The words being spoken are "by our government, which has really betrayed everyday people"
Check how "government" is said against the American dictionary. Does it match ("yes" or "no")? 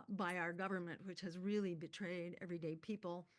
yes